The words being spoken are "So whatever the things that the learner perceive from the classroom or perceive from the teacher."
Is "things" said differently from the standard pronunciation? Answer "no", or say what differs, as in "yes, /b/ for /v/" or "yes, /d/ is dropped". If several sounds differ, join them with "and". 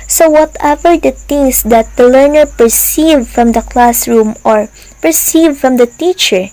yes, /t/ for /θ/